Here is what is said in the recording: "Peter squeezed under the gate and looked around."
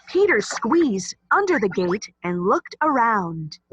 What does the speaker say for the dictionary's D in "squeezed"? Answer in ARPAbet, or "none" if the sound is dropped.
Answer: D